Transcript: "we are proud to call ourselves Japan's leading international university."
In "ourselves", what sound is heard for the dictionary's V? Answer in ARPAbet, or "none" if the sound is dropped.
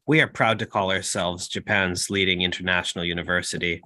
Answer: V